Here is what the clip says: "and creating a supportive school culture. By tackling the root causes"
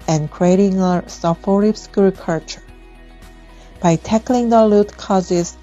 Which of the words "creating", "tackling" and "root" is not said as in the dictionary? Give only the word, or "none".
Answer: root